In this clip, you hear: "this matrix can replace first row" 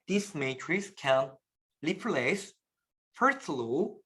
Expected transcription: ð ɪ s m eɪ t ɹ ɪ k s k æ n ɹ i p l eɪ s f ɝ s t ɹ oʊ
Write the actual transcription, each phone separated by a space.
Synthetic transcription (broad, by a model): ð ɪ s m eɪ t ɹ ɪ s k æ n l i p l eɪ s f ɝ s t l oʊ